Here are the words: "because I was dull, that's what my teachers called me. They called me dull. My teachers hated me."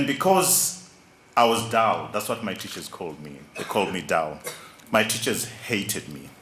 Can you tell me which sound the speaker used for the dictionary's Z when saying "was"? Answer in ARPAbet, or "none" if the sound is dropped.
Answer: Z